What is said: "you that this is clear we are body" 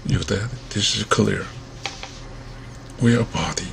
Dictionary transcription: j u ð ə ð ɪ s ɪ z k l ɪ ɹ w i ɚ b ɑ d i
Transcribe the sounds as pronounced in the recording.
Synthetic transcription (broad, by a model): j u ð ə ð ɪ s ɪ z k l ɪ ɹ w i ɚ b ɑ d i